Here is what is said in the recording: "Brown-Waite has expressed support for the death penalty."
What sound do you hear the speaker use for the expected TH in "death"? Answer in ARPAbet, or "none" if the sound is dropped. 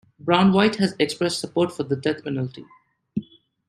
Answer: T